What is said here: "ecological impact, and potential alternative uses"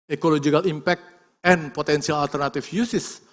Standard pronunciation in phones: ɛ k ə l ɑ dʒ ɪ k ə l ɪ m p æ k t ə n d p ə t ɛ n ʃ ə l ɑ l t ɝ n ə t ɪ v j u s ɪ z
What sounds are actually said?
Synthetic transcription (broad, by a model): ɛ k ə l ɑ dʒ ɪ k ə l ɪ m p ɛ k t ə n p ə t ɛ n s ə l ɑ l t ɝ n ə t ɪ f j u s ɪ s